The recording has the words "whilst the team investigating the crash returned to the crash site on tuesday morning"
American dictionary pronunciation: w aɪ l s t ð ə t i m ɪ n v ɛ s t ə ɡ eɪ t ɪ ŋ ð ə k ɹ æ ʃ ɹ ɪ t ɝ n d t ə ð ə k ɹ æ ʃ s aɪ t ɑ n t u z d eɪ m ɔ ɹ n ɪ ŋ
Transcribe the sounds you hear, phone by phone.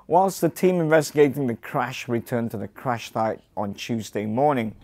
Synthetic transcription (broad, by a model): w aɪ l s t ð ə t i m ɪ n v ɛ s t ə ɡ eɪ t ɪ ŋ ð ə k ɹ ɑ ʃ ɹ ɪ t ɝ n t ə ð ə k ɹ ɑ ʃ θ aɪ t n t u z d eɪ m ɔ ɹ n ɪ ŋ